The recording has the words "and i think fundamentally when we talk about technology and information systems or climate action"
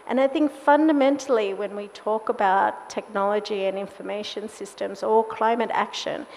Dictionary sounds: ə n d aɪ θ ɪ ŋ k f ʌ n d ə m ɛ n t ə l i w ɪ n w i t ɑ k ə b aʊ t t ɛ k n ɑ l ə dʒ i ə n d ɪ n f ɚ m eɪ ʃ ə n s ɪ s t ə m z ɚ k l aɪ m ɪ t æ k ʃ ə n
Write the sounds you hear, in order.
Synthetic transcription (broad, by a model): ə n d aɪ θ ɪ ŋ k f ʌ n d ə m ɛ n t l i w ɪ n w i t ɑ k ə b aʊ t t ɛ k n ɑ l ə dʒ i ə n ɪ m f ɚ m eɪ ʃ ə n s ɪ s t ə m z ɚ k l aɪ m ɪ t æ k ʃ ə n